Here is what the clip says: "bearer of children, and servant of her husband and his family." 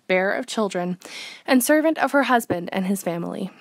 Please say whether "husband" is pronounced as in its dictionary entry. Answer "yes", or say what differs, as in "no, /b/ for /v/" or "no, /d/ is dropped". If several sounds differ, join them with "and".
yes